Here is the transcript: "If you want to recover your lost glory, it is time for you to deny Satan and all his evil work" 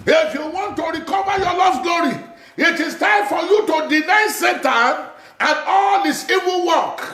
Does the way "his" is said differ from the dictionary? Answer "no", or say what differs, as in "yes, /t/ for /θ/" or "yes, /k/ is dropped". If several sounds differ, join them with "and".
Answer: yes, /s/ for /z/